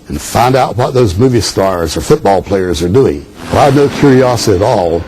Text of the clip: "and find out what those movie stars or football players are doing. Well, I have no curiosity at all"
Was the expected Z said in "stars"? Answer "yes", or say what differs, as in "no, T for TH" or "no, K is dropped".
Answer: yes